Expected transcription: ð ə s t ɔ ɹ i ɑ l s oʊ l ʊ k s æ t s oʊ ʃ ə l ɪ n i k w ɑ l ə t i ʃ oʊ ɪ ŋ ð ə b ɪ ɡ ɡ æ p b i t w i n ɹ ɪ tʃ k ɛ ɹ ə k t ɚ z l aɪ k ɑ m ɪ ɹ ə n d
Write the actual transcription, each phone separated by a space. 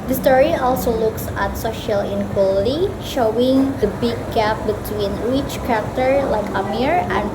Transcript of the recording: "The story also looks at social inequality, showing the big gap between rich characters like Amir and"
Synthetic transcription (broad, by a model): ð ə s t ɔ ɹ i ɑ l s oʊ l ʊ k s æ t s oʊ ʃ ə l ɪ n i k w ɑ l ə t i ʃ oʊ ɪ ŋ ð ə b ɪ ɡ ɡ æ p b i t w i n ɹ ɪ tʃ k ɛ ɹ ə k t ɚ l aɪ k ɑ m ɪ ɹ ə n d